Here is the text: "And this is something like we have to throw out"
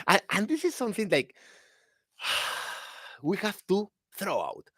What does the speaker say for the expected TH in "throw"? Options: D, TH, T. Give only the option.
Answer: TH